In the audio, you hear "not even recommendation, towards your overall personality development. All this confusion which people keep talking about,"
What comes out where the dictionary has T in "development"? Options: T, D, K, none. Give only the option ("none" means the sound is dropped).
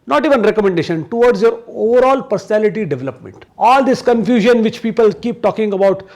T